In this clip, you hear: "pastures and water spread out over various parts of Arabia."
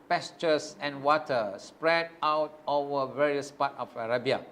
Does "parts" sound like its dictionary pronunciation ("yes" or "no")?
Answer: no